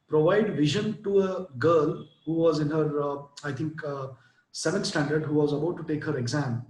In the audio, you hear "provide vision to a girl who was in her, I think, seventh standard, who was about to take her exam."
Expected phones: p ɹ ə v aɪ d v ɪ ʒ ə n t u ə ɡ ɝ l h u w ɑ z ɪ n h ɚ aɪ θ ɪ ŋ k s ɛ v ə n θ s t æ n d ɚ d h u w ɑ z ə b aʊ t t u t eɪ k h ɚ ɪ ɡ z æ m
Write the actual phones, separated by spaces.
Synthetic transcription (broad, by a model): p ɹ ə v aɪ d v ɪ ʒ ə n t u ə ɡ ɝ l h u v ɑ z ɪ n h ɚ aɪ t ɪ ŋ k s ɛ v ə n t s t æ n d ɚ d h u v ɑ z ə b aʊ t t u t eɪ k h ɚ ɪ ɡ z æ m